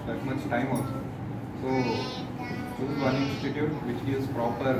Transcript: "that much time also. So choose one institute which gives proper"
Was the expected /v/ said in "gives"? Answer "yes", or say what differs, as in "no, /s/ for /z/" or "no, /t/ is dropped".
no, /v/ is dropped